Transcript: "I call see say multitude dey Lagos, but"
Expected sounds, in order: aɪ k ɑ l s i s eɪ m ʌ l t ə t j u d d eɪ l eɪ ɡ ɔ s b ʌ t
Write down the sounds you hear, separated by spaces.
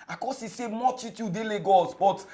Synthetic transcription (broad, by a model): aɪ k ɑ s i s eɪ m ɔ t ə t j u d d eɪ l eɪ ɡ ɔ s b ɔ t